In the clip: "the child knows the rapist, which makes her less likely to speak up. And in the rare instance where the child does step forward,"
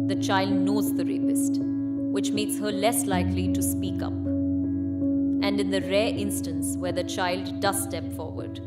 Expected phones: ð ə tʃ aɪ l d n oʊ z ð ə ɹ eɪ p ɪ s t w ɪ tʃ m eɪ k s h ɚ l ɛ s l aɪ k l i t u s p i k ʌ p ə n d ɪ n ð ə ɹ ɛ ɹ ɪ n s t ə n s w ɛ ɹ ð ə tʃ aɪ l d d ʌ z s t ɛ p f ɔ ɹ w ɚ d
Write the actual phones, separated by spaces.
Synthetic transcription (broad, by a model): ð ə tʃ aɪ l d n oʊ z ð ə ɹ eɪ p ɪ s t w ɪ tʃ m eɪ k s h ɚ l ɛ s l aɪ k l i t u s p i k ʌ p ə n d ɪ n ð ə ɹ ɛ ɹ ɪ n s t ə n s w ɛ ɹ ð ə tʃ aɪ l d d ʌ z s t ɛ p f ɔ ɹ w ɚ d